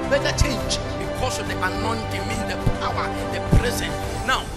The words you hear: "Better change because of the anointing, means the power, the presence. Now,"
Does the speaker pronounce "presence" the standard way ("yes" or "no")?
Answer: no